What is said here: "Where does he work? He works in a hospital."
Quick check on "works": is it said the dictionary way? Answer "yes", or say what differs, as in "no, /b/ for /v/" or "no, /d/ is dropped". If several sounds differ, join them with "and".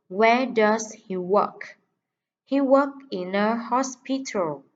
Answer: no, /s/ is dropped